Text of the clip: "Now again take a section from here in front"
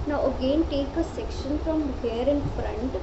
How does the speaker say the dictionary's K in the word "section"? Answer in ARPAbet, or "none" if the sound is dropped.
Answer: K